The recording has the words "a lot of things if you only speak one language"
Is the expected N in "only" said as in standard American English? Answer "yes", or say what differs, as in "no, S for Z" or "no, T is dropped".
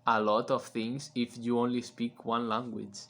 yes